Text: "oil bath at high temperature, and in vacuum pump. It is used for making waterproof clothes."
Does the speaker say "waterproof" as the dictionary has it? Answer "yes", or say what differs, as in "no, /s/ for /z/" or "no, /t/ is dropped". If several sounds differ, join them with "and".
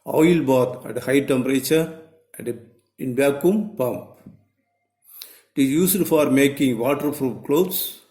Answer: no, /f/ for /p/